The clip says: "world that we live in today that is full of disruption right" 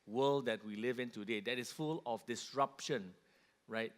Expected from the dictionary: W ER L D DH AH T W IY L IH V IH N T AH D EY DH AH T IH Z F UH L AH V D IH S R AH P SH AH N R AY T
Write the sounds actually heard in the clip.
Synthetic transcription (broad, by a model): W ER L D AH T W IY L IH V IH N T AH D EY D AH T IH S F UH L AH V D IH S R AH P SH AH N R AY T